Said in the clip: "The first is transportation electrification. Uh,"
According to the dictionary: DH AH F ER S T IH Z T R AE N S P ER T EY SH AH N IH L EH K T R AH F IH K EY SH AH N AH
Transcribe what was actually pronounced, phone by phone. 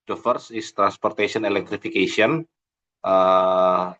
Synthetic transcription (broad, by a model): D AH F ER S IH S T R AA N S P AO T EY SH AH N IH L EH K T R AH F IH K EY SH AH N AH